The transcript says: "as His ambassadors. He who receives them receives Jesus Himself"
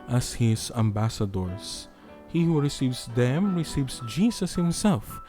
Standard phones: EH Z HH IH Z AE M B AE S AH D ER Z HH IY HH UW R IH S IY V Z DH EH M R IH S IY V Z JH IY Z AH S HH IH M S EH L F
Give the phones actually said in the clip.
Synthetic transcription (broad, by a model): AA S HH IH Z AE M B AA S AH D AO S HH IY HH UW R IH S IY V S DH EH M R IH S IY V S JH IY S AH S HH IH M S EH L F